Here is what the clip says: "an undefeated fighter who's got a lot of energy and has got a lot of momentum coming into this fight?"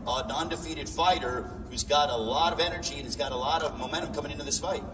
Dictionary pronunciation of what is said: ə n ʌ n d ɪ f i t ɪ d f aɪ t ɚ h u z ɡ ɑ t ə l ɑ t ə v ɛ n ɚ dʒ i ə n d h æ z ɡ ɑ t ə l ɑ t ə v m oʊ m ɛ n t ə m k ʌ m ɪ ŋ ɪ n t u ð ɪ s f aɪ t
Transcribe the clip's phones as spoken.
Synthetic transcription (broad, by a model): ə n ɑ n d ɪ f i t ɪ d f aɪ t ɚ h u z ɡ ɑ t ə l ɑ t ə v ɛ n ɚ dʒ i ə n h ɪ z ɡ ɑ t ə l ɑ t ə v m oʊ m ɛ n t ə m k ʌ m ɪ ŋ ɪ n t u ð ɪ s f aɪ t